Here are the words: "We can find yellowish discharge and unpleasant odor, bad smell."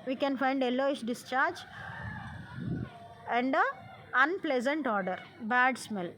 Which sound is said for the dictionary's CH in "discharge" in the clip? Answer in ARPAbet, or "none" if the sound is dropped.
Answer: CH